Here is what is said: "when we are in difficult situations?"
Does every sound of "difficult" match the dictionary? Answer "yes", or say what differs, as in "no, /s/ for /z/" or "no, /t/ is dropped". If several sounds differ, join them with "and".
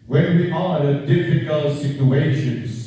yes